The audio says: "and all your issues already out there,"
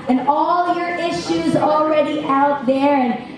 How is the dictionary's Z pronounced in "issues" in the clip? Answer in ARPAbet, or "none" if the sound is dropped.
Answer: Z